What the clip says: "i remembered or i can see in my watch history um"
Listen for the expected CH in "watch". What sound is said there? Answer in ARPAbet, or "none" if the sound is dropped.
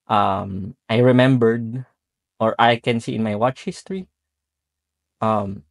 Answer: CH